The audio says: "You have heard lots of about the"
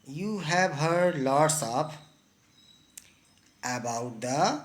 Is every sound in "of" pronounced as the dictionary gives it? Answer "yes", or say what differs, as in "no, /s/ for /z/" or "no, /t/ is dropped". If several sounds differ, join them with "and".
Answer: no, /p/ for /v/